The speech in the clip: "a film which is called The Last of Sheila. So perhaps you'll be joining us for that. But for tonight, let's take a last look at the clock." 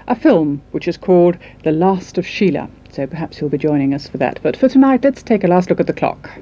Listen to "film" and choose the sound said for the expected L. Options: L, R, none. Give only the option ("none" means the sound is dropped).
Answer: L